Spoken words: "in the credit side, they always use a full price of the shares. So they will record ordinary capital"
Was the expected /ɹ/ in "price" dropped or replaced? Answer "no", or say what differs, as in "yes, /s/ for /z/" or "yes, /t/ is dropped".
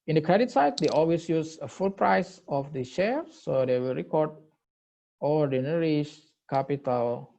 no